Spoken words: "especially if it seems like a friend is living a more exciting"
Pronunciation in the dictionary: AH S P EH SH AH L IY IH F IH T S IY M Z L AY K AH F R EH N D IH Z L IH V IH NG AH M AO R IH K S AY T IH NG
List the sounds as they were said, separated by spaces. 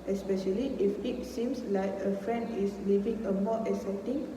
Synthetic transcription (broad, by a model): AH S P EH SH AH L IY IH F IH T S IY M S L AY K AH F R EH N D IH S L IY V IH NG AH M AO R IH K S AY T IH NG